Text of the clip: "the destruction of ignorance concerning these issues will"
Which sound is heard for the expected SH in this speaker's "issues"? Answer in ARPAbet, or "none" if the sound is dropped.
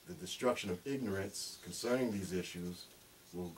SH